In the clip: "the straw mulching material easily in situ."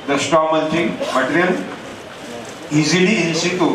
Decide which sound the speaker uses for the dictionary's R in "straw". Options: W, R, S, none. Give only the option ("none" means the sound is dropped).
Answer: none